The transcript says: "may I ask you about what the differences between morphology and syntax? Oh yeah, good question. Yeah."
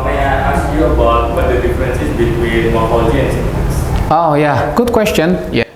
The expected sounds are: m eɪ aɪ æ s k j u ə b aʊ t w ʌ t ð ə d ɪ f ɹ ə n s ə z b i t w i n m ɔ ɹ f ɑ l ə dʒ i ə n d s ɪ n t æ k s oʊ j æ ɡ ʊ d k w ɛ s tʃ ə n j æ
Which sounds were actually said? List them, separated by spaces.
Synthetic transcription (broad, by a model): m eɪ aɪ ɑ s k j u ə b aʊ t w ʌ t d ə d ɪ f ɹ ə n s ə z b i t w i n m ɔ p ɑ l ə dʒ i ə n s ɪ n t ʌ s oʊ j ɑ ɡ ʊ d k w ɛ s tʃ ə n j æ